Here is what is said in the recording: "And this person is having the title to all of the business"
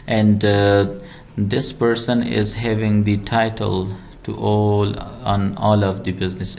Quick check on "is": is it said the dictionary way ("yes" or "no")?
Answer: yes